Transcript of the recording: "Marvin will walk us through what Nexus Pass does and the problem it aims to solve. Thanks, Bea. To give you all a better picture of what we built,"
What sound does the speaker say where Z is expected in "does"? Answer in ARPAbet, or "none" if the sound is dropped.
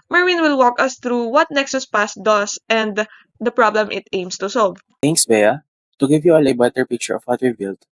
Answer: S